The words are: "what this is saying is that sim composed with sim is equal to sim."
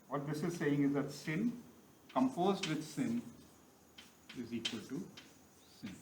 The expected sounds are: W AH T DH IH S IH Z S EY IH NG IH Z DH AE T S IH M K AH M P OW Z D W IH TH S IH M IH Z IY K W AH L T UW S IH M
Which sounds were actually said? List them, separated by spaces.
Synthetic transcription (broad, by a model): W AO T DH IH S IH Z S EY IH NG IH Z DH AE T S IH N K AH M F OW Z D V IH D S IH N IH Z IY K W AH L T UW S IH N